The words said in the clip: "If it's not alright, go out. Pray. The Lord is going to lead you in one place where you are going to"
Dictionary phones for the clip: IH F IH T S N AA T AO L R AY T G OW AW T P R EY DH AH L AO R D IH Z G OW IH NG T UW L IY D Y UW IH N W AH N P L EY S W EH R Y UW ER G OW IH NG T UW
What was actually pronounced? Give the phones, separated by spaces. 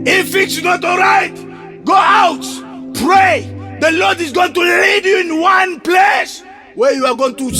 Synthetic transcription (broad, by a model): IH F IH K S N AA T AO L R AY T G OW AW T P R EY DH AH L AO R D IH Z G OW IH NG T UW L IY D Y UW IH N W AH N P L EY S W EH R Y UW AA G OW IH NG T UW